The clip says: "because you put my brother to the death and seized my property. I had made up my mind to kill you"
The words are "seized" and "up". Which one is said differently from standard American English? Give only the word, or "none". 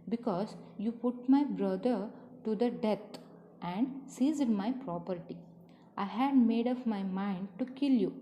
up